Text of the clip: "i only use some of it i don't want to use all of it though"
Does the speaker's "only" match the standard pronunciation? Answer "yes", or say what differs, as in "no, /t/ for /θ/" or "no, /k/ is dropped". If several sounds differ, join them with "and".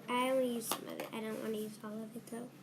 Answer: no, /l/ is dropped